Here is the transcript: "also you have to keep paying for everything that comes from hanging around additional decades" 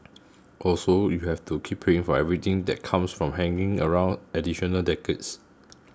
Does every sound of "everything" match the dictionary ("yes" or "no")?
no